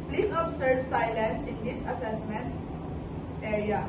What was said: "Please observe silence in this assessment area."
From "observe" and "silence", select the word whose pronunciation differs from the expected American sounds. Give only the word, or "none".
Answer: observe